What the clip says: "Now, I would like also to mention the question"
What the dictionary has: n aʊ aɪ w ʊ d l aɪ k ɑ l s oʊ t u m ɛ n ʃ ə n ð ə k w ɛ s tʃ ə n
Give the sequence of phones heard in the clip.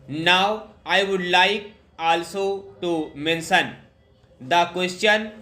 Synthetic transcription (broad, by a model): n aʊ aɪ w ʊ d l aɪ k ɑ l s oʊ t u m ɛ n s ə n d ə k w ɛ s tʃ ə n